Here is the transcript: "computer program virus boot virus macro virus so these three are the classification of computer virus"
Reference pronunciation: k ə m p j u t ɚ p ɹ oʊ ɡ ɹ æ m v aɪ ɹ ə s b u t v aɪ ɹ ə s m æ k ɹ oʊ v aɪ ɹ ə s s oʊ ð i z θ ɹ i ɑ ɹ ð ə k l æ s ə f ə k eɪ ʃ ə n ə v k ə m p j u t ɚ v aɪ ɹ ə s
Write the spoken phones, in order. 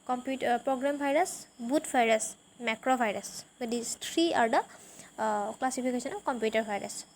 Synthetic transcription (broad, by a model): k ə m p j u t p ɹ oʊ ɡ ɹ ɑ m b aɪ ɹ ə s b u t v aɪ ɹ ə s m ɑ k ɹ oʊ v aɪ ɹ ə s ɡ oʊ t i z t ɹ i ɑ ɹ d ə k l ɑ s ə p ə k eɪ s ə n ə k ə m p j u t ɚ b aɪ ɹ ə s